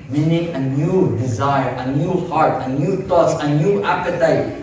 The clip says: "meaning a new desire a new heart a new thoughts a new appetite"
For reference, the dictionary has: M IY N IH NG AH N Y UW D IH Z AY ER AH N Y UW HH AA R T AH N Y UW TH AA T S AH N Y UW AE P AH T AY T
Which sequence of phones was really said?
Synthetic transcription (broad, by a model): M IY N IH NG AH N Y UW D IH Z AY ER AH N Y UW HH AA R T AH N Y UW T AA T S AH N Y UW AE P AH T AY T